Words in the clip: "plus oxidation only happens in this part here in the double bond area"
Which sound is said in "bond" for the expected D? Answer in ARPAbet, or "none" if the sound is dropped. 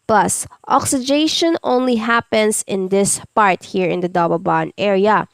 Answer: none